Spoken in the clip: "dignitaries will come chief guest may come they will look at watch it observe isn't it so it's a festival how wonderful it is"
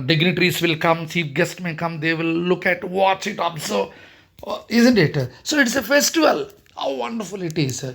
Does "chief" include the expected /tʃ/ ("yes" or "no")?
no